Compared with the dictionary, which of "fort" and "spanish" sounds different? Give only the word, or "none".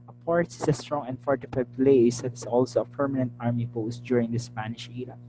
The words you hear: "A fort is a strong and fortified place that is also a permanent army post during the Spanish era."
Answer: fort